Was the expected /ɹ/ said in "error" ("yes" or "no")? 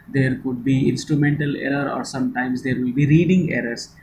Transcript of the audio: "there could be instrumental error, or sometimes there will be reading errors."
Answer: yes